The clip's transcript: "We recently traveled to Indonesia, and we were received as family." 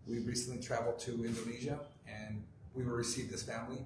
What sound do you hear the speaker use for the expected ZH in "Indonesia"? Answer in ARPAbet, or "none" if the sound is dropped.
ZH